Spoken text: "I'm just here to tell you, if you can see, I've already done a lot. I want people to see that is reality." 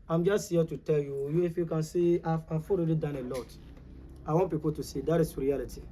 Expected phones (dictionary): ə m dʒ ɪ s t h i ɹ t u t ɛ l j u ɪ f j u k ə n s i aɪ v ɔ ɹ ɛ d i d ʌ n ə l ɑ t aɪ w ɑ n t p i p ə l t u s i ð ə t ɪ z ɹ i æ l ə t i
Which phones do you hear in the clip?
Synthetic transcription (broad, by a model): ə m dʒ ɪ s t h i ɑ t u t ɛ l j u ɪ f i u k ə n s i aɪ f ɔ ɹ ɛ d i d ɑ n ə l ɑ t aɪ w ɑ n p i p ə l t u s i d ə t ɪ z ɹ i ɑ l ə t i